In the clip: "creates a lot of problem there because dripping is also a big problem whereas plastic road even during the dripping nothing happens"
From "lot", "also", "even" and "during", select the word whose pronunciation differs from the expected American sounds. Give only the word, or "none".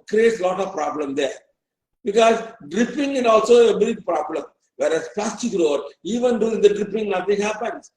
during